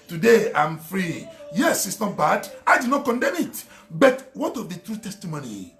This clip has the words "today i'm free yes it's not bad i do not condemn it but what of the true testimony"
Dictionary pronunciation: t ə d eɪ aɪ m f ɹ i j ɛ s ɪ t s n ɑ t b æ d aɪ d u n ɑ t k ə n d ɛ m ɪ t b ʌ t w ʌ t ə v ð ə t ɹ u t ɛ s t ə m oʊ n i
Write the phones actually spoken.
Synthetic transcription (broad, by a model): t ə d eɪ aɪ m f ɹ i j ɛ s ɪ t s n ɑ t b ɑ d aɪ d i n ɑ t k ə n d ɛ m ɪ t b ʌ t w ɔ t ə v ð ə t ɹ u t ɛ s t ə m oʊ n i